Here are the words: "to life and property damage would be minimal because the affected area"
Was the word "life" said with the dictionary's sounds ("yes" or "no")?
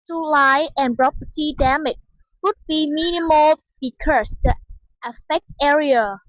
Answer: no